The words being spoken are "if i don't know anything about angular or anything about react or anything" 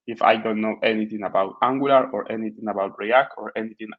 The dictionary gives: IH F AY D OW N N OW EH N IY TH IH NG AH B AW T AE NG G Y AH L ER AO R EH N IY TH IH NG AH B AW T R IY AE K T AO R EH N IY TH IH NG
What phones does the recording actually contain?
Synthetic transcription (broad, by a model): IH F AY D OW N N OW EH N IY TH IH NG AH B AW T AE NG G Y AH L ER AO R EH N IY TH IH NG AH B AW T R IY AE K AO R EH N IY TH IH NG